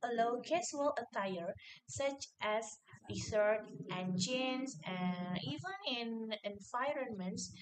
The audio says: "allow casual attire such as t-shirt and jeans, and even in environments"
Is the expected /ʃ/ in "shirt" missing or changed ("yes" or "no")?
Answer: yes